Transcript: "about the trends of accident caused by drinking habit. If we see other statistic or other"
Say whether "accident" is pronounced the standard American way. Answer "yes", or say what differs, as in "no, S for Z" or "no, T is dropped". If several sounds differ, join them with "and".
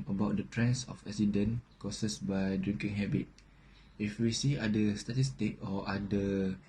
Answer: no, K is dropped